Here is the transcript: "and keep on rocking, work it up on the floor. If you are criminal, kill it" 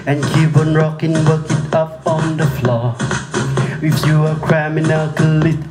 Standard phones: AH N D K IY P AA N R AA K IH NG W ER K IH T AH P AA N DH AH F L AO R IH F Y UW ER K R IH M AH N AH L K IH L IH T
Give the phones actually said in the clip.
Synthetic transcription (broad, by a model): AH N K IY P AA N R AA K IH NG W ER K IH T AH P AA N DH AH F L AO W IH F Y UW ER K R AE M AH N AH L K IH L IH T